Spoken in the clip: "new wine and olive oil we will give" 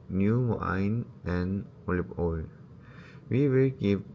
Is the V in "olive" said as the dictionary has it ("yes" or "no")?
no